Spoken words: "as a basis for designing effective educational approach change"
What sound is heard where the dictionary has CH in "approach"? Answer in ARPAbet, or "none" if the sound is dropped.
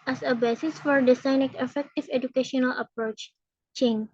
CH